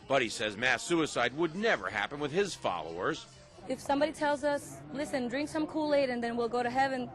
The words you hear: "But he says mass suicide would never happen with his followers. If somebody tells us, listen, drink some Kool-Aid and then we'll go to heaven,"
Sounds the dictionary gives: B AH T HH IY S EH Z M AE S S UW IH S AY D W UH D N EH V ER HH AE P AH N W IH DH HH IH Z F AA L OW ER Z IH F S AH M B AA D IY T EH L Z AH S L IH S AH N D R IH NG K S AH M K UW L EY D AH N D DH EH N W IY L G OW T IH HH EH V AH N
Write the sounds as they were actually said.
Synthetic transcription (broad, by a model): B AH T HH IY S EH Z M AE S S UW IH S AY D W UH D N EH V ER HH AE P AH N W IH DH IH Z F AA L OW ER Z IH F S AH M B AA D IY T EH L Z AH S L IH S AH N D R IH NG K S AH M K UW L EY D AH N DH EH N W IY L G OW T IH HH EH V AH N